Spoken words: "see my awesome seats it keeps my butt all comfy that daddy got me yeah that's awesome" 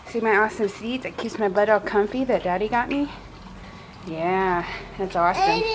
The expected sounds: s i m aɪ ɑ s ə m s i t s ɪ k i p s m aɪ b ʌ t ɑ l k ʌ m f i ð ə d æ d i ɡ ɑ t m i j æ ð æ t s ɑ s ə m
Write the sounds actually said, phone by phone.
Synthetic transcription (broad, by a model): s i m aɪ ɑ s ə m s i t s ɪ k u s m aɪ b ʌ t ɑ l k ʌ m f i ð ə d æ d i ɡ ɑ t m i j æ ð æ t s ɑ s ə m